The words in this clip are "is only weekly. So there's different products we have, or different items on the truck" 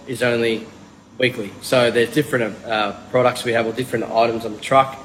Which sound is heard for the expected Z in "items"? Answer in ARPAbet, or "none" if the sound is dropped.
Z